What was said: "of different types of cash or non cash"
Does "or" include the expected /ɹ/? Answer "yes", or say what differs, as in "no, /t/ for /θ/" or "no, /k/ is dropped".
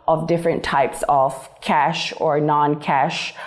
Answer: yes